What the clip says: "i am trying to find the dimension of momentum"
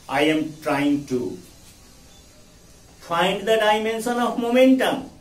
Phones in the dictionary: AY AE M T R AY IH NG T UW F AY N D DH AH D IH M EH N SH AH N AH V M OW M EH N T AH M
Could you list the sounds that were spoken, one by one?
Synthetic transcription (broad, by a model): AY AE M T R AY IH NG T UW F AY N D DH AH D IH M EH N S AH N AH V M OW M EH N T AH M